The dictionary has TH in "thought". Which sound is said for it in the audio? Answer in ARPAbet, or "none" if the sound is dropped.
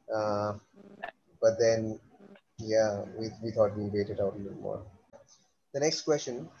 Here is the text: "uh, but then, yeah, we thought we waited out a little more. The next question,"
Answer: T